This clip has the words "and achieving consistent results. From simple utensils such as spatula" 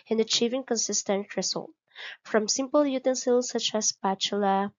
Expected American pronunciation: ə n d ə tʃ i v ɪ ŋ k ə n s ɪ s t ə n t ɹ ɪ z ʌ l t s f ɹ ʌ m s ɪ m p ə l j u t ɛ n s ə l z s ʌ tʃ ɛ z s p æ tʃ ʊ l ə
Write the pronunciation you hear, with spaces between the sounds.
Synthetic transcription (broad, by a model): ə n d ə tʃ i v ɪ ŋ k ə n s ɪ s t ə n t ɹ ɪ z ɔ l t f ɹ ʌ m s ɪ m p ə l j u t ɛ n s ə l s ʌ tʃ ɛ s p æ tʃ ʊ l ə